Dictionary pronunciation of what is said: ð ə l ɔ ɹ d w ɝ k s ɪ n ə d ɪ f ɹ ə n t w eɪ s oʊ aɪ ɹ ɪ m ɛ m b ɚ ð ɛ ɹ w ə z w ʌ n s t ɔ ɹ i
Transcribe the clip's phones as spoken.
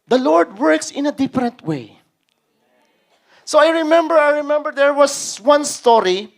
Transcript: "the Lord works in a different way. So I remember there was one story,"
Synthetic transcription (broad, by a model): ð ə l ɔ ɹ d w ɝ k s ɪ n ə d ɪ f ɹ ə n t w eɪ s oʊ aɪ ɹ ɪ m ɛ m b ɚ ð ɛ ɹ w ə s w ʌ n s t ɔ ɹ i